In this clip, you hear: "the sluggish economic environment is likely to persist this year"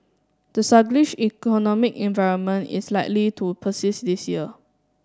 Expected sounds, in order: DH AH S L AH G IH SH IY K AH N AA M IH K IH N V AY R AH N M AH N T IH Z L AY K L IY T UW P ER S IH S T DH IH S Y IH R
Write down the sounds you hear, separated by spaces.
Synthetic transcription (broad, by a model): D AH S AH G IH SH IY K AH N AA M IH K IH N V AY R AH N M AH N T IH S L AY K L IY T UW P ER S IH S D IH S Y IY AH